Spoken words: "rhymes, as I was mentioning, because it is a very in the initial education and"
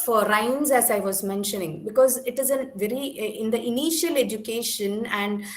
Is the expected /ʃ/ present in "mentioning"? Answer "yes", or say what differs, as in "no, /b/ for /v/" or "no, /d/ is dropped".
yes